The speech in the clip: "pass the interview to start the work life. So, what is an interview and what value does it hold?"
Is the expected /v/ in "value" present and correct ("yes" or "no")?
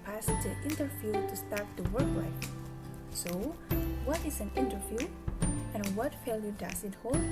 no